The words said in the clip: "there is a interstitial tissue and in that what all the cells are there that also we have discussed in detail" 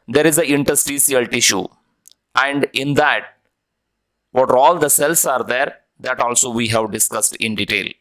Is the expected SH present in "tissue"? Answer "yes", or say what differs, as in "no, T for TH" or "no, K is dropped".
yes